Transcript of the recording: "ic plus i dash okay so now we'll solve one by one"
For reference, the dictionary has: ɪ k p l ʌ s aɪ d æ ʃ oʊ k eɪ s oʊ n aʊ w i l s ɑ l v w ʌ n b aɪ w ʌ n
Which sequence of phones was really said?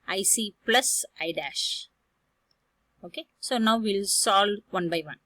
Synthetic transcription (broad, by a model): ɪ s p l ʌ s aɪ d æ ʃ oʊ k eɪ s oʊ n aʊ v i l s ɑ l v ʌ n b aɪ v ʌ n